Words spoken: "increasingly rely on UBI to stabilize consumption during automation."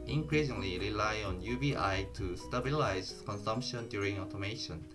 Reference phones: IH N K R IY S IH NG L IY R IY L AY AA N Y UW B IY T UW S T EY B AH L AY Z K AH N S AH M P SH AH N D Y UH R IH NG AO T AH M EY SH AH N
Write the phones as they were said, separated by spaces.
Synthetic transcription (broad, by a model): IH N K R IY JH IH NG L IY R IY L AY AA N Y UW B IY T UW S T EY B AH L AY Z K AH N S AH M P SH AH N D Y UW R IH NG AO T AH M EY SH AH N